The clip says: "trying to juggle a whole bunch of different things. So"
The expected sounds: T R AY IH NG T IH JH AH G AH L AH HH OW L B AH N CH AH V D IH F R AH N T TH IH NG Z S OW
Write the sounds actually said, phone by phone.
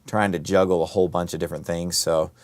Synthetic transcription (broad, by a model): T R AY IH NG T IH JH AH G L AH HH OW L B AH N CH AH V D IH F R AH N TH IH NG Z S OW